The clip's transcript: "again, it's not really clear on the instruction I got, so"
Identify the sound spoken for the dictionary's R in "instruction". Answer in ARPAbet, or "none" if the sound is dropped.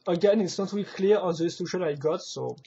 none